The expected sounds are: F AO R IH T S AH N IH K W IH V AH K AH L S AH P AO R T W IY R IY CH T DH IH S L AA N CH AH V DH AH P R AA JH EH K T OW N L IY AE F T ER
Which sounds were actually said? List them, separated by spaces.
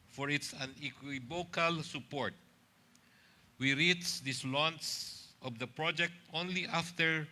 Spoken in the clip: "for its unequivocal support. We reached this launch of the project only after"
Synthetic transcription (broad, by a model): F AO R IH T S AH N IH K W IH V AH K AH L S AH P AO R T W IY R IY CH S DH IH S L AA N S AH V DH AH P R AA JH EH K T OW N L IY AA F T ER